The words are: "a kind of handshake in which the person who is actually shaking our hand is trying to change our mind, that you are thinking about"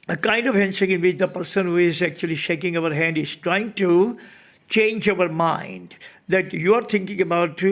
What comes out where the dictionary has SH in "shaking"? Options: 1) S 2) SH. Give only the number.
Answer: 2